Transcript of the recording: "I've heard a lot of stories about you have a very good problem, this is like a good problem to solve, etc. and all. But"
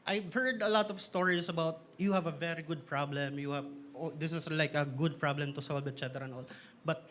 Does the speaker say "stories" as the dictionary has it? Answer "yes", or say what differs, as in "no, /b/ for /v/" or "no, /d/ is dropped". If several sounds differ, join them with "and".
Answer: no, /s/ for /z/